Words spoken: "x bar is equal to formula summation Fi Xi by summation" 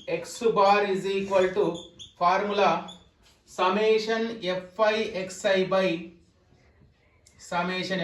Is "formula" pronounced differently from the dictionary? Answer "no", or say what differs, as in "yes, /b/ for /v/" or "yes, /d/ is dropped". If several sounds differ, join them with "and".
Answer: yes, /p/ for /f/